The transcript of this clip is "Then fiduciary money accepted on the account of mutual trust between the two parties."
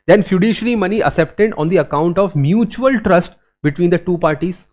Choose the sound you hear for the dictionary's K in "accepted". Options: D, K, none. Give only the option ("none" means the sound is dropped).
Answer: none